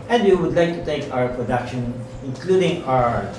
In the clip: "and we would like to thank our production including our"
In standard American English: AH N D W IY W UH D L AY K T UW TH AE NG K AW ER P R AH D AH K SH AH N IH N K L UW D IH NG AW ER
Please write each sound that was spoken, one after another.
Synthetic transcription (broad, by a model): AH N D W IY W UH D L AY K T UW T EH K AW ER P R AH D AH K SH AH N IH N K L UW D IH NG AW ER